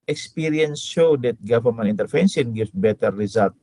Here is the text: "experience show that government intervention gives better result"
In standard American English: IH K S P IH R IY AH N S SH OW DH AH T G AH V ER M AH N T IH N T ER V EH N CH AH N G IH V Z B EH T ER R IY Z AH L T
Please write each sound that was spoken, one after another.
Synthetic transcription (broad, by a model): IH K S P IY R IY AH N S SH OW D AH T G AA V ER M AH N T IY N T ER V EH N S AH N G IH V B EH T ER R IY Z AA L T